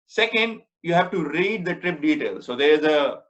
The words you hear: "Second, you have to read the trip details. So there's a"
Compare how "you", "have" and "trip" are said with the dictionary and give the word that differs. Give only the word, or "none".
none